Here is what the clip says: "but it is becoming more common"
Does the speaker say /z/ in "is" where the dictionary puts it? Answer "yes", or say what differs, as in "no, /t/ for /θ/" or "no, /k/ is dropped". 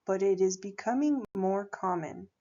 yes